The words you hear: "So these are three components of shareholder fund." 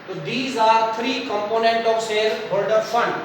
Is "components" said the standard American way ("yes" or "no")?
no